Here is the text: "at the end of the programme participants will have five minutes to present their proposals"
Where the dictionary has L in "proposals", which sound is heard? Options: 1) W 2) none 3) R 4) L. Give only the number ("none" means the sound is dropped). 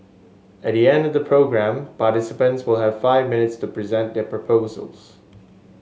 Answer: 4